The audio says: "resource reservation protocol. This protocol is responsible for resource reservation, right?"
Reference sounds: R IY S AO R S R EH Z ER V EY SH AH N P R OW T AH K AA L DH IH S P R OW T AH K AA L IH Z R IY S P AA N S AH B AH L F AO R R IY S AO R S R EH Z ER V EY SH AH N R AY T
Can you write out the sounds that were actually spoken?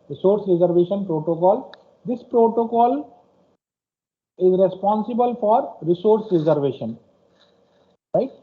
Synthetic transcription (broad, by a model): R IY S AO R S R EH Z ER V EY SH AH N P R OW T AH K AA L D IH S P R OW T AH K AA L IH Z R IY S P AA N S AH B AH L F AO R R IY S AO R S R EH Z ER V EY SH AH N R AY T